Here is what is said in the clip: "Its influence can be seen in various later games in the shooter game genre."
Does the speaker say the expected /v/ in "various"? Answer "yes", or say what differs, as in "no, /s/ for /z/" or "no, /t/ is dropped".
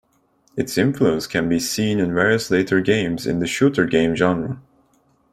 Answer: yes